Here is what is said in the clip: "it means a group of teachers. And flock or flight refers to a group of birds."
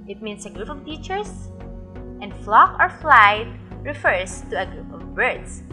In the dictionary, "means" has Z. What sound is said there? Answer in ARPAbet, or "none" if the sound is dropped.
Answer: S